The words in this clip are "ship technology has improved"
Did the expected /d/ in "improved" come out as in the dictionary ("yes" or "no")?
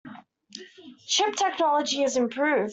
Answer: no